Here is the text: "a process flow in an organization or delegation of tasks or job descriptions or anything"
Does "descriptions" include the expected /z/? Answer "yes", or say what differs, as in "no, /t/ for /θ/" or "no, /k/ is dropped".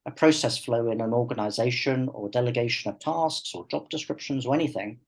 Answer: yes